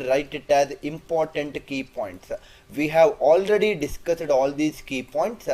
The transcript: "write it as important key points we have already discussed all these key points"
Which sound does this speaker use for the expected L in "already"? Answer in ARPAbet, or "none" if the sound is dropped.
L